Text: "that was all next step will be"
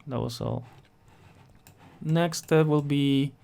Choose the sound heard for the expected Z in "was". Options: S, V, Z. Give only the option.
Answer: S